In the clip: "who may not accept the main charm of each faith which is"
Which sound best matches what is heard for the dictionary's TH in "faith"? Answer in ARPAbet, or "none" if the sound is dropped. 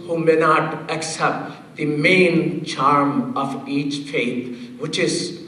T